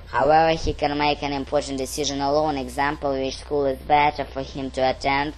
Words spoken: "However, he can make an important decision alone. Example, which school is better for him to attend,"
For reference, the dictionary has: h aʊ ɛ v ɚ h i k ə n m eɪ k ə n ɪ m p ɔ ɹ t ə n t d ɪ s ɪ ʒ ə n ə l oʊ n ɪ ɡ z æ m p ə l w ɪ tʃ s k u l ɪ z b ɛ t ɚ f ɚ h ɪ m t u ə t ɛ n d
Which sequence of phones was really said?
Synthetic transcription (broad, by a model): h aʊ ɛ v ɚ h i k ə n m eɪ k ə n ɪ m p ɔ ɹ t n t d ɪ s ɪ ʒ ə n ə l oʊ n ɪ ɡ z æ m p ə l w ɪ tʃ s k u l ɪ z b ɛ t ɚ f ɚ h ɪ m t u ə t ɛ n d